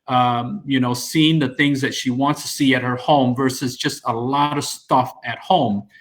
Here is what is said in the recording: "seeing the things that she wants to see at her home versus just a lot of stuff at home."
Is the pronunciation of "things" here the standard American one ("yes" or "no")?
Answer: yes